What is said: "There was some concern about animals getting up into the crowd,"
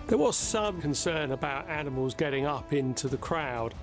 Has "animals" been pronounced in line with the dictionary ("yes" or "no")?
yes